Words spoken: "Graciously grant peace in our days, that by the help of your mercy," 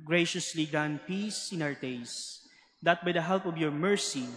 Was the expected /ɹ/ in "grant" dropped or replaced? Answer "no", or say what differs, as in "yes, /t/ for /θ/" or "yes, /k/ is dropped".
yes, /ɹ/ is dropped